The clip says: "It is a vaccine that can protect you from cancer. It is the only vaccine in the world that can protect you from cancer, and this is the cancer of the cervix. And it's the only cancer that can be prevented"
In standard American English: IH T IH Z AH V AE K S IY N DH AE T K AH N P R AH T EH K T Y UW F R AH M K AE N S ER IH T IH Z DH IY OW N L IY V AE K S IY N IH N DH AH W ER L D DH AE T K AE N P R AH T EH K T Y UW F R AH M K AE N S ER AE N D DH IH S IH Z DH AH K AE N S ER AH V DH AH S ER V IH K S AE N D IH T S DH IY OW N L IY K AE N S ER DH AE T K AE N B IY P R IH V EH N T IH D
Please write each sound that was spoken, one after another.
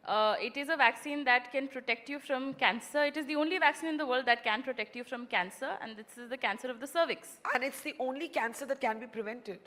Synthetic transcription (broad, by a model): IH T IH Z AH V AE K S IY N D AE T K AH N P R AH T EH K T Y UW F R AH M K AE N S ER IH T IH Z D IY OW N L IY V AE K S IY N IH N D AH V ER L D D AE T K AE N P R AH T EH K T Y UW F R AH M K AE N S ER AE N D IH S IH Z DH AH K AE N S ER AH V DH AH S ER V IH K S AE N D IH T S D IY OW N L IY K AE N S ER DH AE T K AE N B IY P R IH V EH N T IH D